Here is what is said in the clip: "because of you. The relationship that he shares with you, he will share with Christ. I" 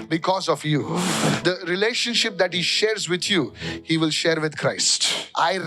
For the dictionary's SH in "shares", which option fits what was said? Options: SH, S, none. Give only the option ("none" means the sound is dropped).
SH